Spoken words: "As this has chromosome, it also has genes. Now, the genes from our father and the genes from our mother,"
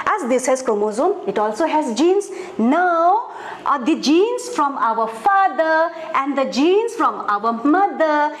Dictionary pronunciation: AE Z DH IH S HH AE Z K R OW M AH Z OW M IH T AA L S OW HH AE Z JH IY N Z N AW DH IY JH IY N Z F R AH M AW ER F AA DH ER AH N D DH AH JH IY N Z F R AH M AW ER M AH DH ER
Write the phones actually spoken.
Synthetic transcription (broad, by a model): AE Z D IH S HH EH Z K OW M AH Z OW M IH T AA L S OW HH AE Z JH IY N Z N AW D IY JH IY N S F R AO M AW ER F AA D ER AH N D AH JH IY N S F R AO M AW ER M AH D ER